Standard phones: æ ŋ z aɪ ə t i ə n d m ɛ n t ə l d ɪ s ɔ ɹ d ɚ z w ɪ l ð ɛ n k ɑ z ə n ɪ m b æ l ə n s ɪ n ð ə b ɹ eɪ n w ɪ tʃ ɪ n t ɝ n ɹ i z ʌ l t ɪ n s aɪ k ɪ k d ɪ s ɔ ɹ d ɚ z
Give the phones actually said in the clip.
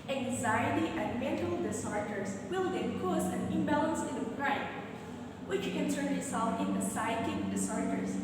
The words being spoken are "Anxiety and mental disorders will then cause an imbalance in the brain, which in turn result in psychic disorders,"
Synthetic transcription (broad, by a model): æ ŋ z aɪ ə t i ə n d m ɛ n t ə l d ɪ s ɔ ɹ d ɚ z w ɪ l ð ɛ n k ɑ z ə n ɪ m b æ l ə n s ɪ n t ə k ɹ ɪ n w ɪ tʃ ɪ n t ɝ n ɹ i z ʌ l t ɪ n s aɪ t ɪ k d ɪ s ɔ ɹ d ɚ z